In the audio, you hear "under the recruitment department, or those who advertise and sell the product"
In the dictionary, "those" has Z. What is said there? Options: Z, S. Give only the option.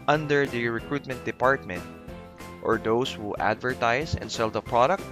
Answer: S